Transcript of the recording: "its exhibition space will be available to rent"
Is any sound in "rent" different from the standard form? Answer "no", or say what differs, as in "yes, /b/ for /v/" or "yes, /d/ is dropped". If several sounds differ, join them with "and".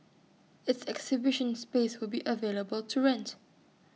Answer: no